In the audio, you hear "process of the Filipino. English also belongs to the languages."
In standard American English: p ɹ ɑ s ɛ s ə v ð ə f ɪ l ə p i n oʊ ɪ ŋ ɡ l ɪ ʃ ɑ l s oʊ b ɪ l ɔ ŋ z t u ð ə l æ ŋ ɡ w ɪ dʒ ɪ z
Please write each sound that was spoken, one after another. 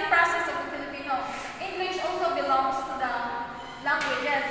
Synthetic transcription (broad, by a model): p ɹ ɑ s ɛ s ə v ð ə f ɪ l ə p i n oʊ ɪ ŋ ɡ l ɪ ʃ ɑ l s oʊ b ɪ l ɔ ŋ s t u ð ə l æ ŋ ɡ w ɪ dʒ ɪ